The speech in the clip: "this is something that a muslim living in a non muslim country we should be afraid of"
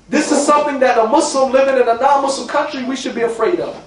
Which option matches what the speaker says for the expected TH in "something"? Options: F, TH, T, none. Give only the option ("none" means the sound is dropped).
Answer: TH